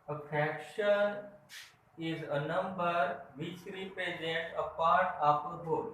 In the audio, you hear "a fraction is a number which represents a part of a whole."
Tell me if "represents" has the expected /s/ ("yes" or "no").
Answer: no